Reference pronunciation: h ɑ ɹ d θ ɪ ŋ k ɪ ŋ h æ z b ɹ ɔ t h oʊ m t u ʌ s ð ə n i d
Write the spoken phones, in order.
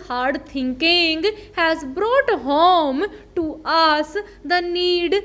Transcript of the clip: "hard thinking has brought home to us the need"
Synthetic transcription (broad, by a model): h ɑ ɹ d t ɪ ŋ k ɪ ŋ h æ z b ɹ ɔ t h oʊ m t u ʌ s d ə n i d